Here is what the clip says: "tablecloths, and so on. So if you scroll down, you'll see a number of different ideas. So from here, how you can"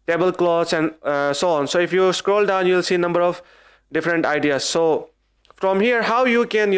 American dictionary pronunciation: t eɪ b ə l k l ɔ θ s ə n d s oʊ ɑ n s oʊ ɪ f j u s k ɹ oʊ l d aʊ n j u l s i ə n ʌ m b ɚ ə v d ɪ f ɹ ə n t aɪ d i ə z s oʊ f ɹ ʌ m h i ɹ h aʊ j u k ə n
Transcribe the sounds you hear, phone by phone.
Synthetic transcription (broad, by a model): t eɪ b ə l k l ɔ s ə n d s oʊ ɑ n s oʊ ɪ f j u s k ɹ oʊ l d aʊ n j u l s i n ʌ m b ɚ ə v d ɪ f ɹ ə n t aɪ d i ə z s oʊ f ɹ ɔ m h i ɹ h aʊ j u k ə n